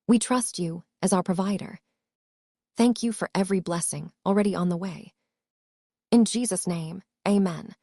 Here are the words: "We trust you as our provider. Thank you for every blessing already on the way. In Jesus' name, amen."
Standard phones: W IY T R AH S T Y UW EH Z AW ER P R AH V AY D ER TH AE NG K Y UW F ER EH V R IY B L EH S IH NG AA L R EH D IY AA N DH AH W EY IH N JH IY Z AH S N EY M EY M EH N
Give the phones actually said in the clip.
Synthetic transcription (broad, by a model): W IY T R AH S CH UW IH Z AW ER P R AH V AY D ER TH AE NG K Y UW F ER EH V R IY B L EH S IH NG L R EH D IY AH N DH AH W EY IH N JH IY Z AH S N EY M EY M EH N